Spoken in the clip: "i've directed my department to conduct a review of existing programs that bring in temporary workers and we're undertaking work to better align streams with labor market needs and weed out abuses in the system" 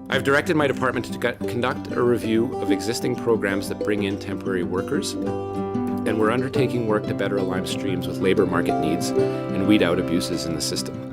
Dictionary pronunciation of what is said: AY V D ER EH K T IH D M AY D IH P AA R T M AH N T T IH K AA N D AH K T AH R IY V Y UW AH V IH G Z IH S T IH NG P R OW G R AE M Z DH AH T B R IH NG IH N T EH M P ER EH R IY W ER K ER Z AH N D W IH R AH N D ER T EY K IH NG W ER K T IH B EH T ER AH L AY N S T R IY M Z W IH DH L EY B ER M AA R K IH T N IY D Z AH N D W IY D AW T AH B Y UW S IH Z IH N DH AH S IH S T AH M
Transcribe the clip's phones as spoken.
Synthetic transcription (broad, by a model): AY V D ER EH K T IH D M AY D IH P AA R T M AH N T T IH K N D AH K T AH R IY V Y UW AH V IH G Z IH S T IH NG P R OW G R AE M Z DH AH T B R IH NG IH N T EH M P ER EH R IY W ER K ER Z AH N W IH R AH N D ER T EY K IH NG W ER K T IH B EH T ER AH L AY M S T R IY M Z W IH DH L EY B ER M AA R K IH T N IY D Z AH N W IY D AW T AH B Y UW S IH Z IH N DH AH S IH S T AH M